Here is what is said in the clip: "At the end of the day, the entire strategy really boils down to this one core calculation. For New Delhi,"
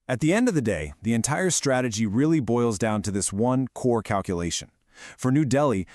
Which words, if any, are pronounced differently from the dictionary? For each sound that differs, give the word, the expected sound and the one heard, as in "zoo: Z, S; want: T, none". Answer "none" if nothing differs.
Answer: none